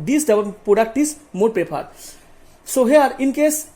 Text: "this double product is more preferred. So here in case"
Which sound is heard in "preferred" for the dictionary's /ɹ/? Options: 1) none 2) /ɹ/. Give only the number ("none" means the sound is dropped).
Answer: 1